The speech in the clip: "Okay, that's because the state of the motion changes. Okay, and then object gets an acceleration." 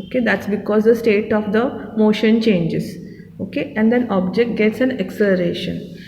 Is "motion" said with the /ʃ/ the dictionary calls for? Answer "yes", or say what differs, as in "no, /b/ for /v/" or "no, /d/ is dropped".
yes